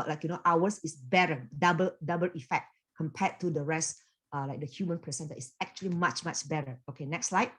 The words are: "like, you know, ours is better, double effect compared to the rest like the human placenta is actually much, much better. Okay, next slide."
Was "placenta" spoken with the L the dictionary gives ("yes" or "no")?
no